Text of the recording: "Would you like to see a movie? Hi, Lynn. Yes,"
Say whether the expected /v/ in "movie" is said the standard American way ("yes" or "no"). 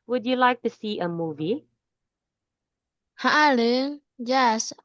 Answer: yes